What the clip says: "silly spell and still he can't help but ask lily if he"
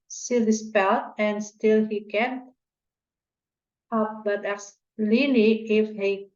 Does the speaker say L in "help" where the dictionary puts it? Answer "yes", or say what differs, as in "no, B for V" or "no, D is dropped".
no, L is dropped